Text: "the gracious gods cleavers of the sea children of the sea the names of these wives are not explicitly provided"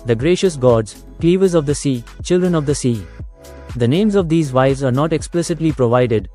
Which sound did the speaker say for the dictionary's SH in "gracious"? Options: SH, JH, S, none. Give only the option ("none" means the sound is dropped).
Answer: SH